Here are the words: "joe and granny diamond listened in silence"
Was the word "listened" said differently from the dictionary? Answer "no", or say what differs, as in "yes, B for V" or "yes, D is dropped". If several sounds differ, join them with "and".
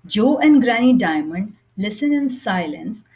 yes, D is dropped